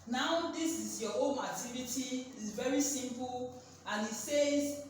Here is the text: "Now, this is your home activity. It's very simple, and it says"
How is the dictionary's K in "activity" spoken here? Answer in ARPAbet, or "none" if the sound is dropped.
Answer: none